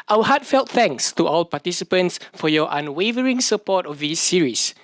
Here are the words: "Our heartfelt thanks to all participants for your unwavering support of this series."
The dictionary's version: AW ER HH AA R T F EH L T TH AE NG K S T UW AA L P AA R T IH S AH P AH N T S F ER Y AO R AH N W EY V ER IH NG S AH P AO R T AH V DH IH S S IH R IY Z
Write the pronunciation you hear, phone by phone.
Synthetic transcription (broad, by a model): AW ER HH AA T F EH L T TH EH NG K S T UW AA L P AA T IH S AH P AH N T S F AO Y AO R AH N W EY V ER IH NG S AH P AO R T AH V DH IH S S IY R IY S